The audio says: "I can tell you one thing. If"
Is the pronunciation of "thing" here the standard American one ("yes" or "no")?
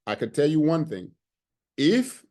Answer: yes